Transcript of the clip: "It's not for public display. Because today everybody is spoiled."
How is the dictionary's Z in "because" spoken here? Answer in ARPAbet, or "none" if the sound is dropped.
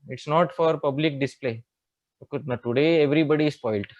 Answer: none